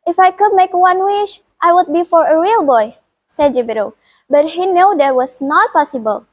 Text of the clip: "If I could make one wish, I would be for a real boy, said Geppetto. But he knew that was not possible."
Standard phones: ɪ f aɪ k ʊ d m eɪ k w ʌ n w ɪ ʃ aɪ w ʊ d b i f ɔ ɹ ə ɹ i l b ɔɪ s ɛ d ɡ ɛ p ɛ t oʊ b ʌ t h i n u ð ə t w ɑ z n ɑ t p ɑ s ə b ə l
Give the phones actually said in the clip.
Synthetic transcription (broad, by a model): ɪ f aɪ k ʊ d m eɪ k w ʌ n w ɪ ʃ aɪ w ʊ d b i f ɔ ɹ ə ɹ i l b ɔɪ s ɛ d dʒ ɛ b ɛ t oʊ b ʌ t h i n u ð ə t w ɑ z n ɑ t p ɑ s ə b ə l